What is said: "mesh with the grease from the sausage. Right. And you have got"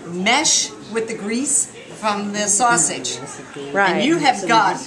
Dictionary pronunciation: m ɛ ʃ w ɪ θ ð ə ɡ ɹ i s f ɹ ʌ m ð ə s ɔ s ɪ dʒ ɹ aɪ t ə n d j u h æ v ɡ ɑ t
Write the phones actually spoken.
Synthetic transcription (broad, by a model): m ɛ ʃ w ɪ ð ə ɡ ɹ i s f ɹ ʌ m ð ə s ɔ s ɪ dʒ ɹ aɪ ə n j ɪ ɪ v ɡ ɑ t